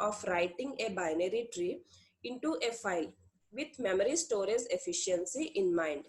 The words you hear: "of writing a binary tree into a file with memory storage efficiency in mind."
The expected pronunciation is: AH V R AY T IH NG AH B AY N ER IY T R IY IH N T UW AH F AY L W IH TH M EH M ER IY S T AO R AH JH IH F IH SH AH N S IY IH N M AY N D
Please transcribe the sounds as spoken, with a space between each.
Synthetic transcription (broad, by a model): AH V R AY T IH NG AH B AY N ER IY T R IY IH N T UW AH F AY L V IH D M EH M ER IY S T AO R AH Z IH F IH SH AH N S IY IH N M AY N D